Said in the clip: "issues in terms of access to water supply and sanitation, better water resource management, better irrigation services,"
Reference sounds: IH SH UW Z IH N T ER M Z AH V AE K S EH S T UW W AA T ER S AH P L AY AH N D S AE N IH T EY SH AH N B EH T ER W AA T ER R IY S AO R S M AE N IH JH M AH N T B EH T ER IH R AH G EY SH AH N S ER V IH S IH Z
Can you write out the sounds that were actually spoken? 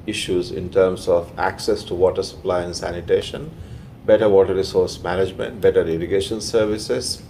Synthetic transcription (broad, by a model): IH SH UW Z IH N T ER M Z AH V AE K S EH S T UW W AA T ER S AH P L AY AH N S AE N IH T EY SH AH N B EH T ER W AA T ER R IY S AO R S M AE N IH JH M AH N T B EH T ER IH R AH G EY SH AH N S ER V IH S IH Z